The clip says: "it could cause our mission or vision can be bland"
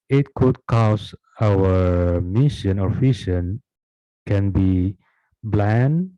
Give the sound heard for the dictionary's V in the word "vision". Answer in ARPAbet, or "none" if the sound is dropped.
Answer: F